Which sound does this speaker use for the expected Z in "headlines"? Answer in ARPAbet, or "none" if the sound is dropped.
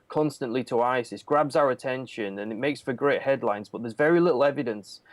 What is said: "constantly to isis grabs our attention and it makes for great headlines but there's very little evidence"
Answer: Z